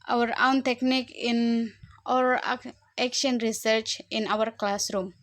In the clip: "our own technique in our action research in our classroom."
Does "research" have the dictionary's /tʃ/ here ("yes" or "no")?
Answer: yes